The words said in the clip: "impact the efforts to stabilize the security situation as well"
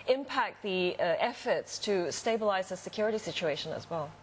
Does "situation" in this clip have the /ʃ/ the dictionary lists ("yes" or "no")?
yes